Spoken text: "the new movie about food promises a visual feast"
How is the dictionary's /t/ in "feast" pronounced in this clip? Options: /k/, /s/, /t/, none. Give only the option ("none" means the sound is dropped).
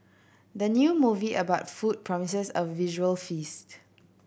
/t/